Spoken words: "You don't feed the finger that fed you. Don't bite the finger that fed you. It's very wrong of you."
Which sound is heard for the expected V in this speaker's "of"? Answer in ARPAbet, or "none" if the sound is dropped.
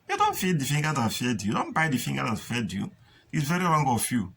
F